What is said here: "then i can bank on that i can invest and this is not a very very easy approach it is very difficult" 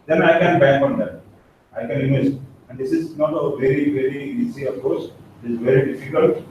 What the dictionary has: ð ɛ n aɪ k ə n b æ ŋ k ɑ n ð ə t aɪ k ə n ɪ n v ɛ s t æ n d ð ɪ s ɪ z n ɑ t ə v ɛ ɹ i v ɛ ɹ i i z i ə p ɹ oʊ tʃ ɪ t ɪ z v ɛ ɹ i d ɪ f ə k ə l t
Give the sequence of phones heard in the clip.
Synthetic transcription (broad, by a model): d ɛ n aɪ k ə n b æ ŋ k ɑ n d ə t aɪ k ə n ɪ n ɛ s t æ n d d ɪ s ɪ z n ɑ t ə v ɛ ɹ i v ɛ ɹ i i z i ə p oʊ s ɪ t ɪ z v ɛ ɹ i d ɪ f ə k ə l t